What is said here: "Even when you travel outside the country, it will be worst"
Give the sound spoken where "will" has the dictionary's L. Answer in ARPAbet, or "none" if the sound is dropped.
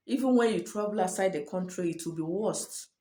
L